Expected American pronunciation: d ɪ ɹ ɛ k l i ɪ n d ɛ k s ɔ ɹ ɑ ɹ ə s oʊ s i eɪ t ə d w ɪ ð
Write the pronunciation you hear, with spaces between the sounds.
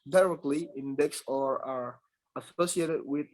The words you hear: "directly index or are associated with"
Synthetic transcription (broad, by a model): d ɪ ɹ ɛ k l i ɪ n d ɛ k s ɔ ɹ ɑ ɹ ə s oʊ s i eɪ t ə d w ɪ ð